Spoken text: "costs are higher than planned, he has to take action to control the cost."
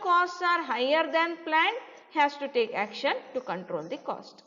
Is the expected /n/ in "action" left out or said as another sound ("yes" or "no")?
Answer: no